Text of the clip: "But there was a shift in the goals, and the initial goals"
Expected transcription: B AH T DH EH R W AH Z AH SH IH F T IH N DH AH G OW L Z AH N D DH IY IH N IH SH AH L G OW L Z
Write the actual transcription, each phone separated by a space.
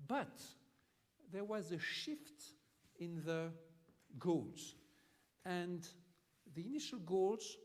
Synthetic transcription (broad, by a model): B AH T DH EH R W AH Z AH SH IH F T IH N DH AH G OW L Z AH N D DH IY IH N IH SH AH L G OW L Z